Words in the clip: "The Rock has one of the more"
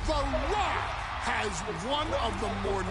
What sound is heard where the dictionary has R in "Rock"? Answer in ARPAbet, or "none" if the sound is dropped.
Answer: L